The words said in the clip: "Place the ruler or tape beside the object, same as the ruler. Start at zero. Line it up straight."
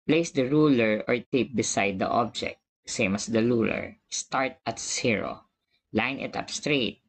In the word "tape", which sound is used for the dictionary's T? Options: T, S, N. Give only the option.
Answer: T